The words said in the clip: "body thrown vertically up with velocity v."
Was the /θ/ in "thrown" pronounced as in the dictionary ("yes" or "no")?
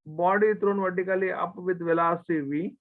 no